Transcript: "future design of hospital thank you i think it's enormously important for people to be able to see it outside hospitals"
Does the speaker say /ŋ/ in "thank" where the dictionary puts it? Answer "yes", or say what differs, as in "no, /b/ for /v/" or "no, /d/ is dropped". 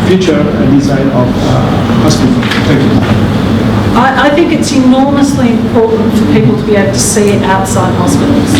no, /ŋ/ is dropped